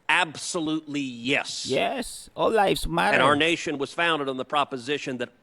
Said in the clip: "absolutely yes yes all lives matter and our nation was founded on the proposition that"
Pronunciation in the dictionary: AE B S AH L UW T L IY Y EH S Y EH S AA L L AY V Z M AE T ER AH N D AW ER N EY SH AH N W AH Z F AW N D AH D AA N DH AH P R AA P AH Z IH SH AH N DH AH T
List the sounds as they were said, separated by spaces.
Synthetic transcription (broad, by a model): AE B S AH L UW T L IY Y EH S Y EH S AA L L AY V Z M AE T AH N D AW ER N EY SH AH N W AH Z F AW N D AH D N DH AH P R AA P AH Z IH SH AH N DH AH T